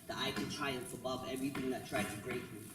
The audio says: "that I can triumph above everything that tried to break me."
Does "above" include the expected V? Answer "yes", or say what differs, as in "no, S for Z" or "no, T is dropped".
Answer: yes